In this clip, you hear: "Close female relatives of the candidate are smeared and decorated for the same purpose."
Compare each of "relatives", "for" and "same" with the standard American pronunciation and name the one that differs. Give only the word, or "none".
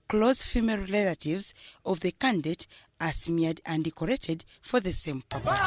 relatives